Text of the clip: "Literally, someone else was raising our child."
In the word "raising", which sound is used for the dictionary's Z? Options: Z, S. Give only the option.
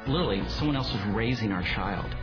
Z